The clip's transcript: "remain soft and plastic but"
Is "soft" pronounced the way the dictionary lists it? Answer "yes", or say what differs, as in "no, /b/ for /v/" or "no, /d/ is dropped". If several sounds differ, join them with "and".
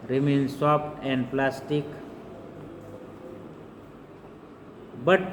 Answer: no, /p/ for /f/